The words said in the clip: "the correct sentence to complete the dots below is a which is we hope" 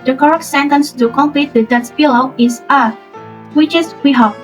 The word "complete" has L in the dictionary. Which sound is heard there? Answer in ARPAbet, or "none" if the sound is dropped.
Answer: L